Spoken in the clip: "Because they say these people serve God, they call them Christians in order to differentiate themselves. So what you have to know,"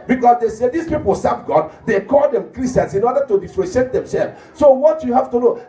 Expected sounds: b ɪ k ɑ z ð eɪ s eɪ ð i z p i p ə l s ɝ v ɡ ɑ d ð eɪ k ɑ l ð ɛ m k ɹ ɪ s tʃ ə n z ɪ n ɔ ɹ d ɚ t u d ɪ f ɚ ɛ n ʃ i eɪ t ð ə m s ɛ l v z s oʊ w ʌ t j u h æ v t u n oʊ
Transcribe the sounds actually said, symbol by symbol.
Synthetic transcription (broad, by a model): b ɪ k ɑ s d eɪ s eɪ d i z p i p ə l s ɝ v ɡ ɑ d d eɪ k ɑ l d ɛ m k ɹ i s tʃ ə n s ɪ n ɔ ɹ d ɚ t u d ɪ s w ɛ ʃ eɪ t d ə m s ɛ l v s oʊ w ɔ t j u h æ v t u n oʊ